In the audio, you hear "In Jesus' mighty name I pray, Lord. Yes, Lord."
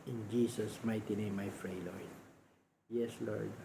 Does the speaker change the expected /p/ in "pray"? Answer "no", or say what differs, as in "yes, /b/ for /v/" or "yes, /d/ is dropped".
yes, /f/ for /p/